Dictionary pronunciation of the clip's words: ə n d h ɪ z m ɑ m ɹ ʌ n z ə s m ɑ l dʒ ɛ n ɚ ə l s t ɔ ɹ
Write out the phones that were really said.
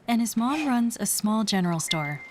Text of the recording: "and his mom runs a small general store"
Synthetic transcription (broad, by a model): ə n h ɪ z m ɑ m ɹ ʌ n z ə s m ɑ l dʒ ɛ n ɚ l s t ɔ ɹ